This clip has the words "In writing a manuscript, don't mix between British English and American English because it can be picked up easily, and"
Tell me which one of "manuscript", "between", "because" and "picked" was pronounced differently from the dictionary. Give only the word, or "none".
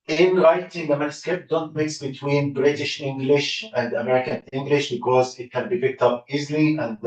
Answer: manuscript